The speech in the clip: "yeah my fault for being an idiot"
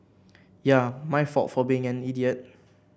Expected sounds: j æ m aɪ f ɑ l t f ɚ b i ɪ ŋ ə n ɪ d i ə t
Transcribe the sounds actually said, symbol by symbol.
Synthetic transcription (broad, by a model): j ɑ m aɪ f ɑ t f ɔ b i ɪ ŋ ə n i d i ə t